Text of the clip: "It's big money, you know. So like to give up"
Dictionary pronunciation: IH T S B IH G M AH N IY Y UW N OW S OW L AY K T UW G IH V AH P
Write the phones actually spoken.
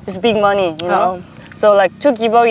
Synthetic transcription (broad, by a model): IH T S B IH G M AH N IY Y UW N OW S OW L AY K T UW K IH B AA